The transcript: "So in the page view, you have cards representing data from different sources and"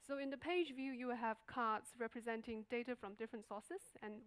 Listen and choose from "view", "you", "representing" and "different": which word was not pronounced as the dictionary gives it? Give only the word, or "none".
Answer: none